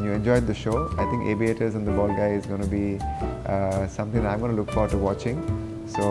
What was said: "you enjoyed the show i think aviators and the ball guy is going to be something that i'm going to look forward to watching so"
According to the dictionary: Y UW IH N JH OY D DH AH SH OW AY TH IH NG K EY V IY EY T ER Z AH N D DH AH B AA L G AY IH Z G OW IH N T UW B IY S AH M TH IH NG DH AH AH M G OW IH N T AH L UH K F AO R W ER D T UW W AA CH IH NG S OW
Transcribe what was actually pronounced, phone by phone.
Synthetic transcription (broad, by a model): Y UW IH N JH OY D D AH SH OW AY T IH NG K EY B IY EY T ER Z AH N D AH B AA L G AY IH Z G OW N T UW B IY S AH M T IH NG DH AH AH M G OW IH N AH L UH K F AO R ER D T UW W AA CH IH NG S OW